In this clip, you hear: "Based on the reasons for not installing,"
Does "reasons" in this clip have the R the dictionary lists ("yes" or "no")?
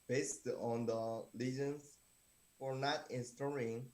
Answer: no